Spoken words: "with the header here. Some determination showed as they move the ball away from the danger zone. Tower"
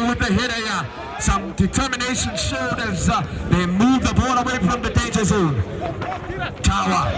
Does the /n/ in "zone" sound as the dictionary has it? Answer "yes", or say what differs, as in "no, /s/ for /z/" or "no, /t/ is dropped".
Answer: yes